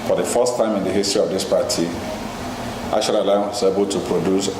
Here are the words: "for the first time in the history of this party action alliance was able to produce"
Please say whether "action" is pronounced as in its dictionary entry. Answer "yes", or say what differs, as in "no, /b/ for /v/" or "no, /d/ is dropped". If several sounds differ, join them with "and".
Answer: no, /l/ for /n/